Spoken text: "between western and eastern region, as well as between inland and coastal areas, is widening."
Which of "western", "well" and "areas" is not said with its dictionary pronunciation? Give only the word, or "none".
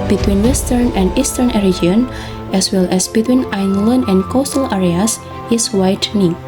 areas